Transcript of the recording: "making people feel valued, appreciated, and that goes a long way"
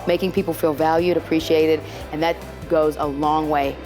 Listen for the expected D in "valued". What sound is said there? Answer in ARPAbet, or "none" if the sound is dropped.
D